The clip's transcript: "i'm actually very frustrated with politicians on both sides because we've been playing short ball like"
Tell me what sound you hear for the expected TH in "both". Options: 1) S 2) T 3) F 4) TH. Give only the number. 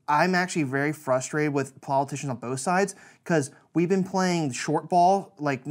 4